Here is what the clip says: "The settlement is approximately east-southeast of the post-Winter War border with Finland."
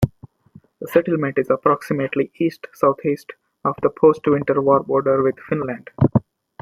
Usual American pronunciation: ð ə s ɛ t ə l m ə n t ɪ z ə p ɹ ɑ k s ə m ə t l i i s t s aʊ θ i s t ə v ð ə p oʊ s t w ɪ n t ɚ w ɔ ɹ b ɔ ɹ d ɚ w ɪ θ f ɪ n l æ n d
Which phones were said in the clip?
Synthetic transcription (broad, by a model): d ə s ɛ t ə l m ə n t ɪ z ə p ɹ ɑ k s ə m ə t l i i s t s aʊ t i s t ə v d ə p oʊ s t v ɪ n t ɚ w ɔ ɹ b ɔ ɹ d ɚ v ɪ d f ɪ n l æ n d